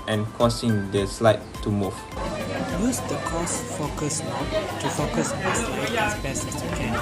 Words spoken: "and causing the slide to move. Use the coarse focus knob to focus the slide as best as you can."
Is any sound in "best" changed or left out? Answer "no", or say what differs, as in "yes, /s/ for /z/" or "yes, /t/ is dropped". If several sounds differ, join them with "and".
yes, /t/ is dropped